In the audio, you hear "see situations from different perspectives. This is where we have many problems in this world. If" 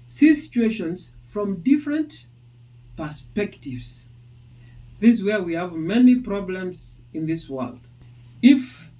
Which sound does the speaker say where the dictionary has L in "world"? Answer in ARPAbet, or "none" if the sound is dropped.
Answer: L